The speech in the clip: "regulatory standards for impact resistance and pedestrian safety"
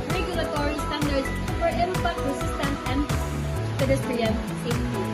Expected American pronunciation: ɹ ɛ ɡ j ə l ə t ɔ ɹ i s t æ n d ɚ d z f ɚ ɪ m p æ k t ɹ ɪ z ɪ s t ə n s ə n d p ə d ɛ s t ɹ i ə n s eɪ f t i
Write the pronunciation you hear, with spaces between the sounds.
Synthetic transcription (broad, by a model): ɹ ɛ ɡ j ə l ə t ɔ ɹ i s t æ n d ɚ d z f ɚ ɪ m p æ t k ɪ s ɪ s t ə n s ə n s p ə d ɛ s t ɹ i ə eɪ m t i